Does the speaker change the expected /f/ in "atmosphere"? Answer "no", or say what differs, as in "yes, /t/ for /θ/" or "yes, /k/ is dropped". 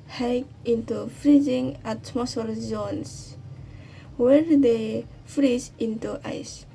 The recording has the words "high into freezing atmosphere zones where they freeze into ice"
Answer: yes, /f/ is dropped